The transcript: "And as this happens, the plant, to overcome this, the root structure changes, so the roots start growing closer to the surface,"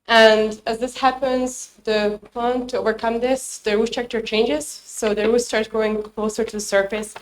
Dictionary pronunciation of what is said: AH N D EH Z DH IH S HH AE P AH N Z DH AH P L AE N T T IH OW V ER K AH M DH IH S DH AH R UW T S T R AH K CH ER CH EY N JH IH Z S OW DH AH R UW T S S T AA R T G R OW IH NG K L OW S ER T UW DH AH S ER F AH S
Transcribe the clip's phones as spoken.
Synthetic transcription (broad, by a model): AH N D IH Z DH IH S HH AE P AH N Z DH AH P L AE N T T IH OW V ER K AH M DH IH S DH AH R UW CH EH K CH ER CH EY N JH IH Z S OW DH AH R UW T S S T AA R T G OW IH NG K L OW S ER T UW DH AH S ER F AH S